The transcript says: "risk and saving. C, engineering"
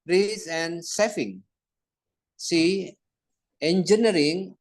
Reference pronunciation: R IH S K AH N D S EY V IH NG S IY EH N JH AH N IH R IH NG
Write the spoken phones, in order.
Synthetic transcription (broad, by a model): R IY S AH N S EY F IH NG S IY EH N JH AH N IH R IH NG